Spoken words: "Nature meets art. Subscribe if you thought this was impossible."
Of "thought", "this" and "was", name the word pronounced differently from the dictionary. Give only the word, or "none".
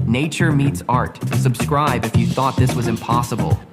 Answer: none